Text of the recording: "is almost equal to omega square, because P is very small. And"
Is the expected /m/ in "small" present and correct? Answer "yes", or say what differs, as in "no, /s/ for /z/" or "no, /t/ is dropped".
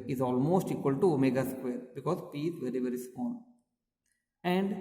no, /m/ is dropped